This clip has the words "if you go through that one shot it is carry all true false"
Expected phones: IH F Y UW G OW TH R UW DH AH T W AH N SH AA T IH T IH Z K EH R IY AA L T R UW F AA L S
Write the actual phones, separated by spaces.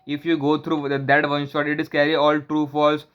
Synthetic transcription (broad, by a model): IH F Y UW G OW T R UW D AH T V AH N SH AA T IH T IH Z K EH R IY AA L T R UW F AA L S